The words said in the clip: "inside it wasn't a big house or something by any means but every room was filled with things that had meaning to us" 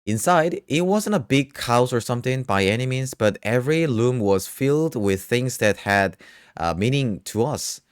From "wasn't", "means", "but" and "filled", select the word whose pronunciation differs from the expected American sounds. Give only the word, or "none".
means